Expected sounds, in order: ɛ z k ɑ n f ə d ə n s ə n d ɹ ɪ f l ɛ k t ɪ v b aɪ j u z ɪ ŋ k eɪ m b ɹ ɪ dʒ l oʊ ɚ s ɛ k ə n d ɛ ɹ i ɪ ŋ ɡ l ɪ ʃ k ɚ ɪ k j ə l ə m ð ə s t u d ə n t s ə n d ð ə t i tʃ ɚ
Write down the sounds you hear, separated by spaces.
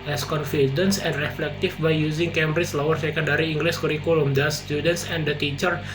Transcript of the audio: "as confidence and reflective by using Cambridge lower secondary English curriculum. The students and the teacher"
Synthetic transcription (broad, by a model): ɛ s k ɑ n f ə d ə n s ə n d ɹ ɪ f l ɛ k t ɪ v b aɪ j u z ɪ ŋ k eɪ m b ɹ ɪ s l oʊ ɚ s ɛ k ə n d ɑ ɹ i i ŋ ɡ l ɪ s k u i k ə l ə m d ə s t u d ə n t s ə n d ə t i tʃ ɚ